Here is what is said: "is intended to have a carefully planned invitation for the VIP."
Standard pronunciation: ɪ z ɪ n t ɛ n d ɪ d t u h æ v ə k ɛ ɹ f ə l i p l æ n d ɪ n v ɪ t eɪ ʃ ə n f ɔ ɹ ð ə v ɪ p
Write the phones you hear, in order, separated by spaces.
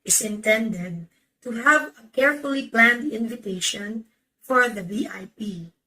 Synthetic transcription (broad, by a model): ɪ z ɪ n t ɛ n d ɪ d t u h æ v ə k ɛ ɹ f ə l i p l æ n d ɪ n v ɪ t eɪ ʃ ə n f ɔ ɹ ð ə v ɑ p